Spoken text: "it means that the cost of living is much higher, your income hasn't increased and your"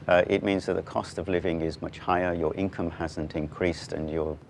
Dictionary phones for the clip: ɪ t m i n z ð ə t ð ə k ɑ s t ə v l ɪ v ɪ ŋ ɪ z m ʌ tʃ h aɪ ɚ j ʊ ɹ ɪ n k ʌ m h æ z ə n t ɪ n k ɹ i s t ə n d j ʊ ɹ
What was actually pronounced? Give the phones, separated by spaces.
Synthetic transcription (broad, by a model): ɪ t m i n z ð ə t ð ə k ɑ s t ə v l ɪ v ɪ ŋ ɪ z m ʌ tʃ h aɪ ɚ j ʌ ɹ ɪ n k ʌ m h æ z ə n t ɪ n k ɹ i s t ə n j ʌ ɹ